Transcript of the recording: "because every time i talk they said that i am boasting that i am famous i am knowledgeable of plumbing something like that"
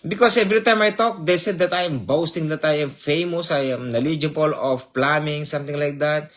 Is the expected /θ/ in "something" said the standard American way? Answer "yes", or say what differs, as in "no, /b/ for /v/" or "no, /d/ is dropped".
no, /t/ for /θ/